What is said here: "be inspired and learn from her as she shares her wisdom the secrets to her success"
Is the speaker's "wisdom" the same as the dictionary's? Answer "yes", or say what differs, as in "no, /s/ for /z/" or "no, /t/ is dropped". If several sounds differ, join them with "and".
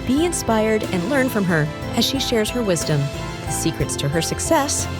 yes